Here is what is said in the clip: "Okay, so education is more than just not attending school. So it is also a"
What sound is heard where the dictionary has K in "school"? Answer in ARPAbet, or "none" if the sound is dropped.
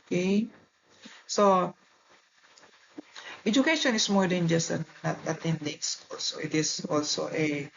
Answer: none